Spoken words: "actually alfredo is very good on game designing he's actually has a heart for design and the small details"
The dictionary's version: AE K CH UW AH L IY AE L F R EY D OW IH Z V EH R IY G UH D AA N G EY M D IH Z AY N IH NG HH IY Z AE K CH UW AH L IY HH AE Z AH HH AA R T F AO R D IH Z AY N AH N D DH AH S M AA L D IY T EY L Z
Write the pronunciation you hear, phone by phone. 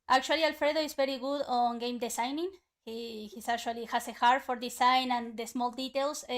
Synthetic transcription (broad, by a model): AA K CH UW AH L IY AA L F R EY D OW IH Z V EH R IY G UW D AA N G EY M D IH S AY N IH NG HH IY S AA K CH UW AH L IY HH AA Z AH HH AA R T F AO R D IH S AY N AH N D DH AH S M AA L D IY T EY L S